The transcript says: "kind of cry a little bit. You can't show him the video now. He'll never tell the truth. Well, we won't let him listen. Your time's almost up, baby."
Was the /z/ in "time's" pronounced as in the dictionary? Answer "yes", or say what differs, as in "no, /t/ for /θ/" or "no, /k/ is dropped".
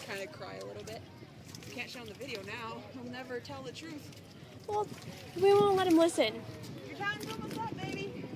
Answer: no, /z/ is dropped